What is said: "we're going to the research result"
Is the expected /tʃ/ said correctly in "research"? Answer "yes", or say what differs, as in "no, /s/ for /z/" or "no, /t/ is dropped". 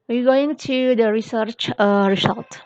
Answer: yes